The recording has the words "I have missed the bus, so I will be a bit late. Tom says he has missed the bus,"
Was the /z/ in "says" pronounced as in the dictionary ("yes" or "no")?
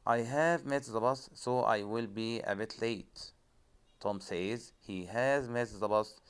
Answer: yes